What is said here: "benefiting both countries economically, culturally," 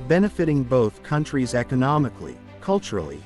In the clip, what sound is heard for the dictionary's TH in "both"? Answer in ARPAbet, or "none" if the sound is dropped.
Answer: TH